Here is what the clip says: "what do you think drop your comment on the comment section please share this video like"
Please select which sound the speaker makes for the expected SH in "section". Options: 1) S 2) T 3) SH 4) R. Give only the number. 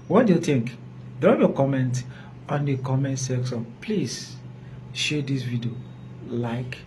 1